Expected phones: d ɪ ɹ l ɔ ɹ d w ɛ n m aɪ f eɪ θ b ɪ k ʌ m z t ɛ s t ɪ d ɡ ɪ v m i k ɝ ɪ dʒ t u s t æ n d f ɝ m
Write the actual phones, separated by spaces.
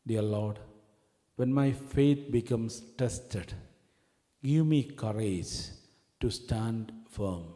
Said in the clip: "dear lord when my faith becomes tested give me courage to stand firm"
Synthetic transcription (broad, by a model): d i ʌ l ɔ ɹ d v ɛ n m aɪ f eɪ t b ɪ k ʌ m s t ɛ s t ɪ d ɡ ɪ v m i k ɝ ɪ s t u s t æ n d f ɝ m